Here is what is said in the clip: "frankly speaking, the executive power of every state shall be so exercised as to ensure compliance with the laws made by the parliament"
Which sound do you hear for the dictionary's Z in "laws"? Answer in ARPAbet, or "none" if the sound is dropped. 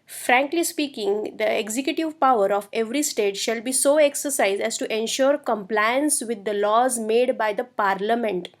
Z